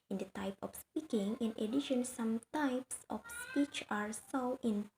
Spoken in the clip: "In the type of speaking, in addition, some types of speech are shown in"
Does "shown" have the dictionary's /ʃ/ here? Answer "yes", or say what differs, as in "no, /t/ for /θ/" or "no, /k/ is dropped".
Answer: no, /s/ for /ʃ/